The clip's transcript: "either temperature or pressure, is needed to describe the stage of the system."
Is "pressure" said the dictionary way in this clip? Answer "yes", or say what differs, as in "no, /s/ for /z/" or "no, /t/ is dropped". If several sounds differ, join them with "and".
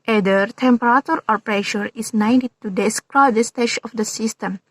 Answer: yes